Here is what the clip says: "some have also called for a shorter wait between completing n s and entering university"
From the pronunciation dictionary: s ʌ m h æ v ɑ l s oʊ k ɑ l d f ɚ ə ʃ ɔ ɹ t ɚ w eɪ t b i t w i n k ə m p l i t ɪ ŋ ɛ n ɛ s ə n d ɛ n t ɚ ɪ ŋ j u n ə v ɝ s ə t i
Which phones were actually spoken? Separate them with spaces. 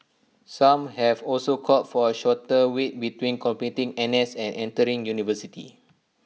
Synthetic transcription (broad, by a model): s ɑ m h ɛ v ɑ l s oʊ k ɑ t f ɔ ə ʃ ɔ t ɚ w eɪ t b i t w i n k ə m p i t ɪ ŋ ɛ n ɛ s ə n ɛ n t ɚ ɪ ŋ j u n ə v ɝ s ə t i